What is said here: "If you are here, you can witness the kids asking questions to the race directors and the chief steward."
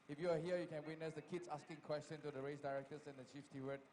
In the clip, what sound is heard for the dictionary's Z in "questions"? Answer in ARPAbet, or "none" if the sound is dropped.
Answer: none